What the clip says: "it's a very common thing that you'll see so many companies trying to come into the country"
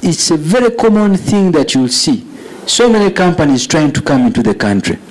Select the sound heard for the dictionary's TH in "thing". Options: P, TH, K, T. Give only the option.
TH